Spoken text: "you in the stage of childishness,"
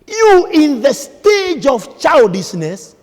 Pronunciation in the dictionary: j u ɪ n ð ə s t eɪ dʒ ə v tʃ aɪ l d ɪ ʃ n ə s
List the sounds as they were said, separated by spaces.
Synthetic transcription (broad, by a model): j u ɪ n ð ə s t eɪ dʒ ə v tʃ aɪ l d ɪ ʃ n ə s